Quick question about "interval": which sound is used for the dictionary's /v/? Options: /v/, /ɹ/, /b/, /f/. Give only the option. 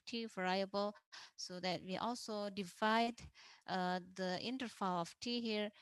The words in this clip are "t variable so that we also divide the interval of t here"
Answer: /f/